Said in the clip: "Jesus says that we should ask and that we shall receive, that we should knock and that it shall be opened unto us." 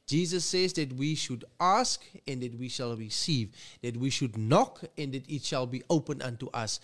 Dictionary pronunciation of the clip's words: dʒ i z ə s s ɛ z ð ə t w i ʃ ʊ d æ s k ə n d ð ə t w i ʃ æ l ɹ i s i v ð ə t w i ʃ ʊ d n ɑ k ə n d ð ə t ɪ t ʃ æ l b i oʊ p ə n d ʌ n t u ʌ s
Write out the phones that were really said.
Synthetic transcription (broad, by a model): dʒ i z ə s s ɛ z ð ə t w i ʃ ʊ d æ s k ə n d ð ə t w i ʃ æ l ɹ i s i v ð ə t w i ʃ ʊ d n ɑ k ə n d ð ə t ɪ t ʃ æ l b i oʊ p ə n ʌ n t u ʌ s